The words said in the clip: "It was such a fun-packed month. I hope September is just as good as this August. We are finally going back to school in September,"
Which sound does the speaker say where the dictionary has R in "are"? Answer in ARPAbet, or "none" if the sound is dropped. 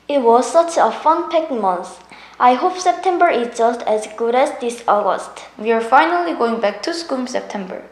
R